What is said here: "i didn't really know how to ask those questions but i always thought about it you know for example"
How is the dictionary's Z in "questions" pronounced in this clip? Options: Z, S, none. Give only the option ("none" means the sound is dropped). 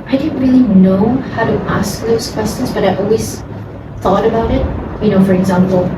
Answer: Z